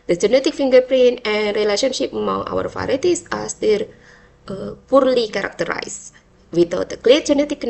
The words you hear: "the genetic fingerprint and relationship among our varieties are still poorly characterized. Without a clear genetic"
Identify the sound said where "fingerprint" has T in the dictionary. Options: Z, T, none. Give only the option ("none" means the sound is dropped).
none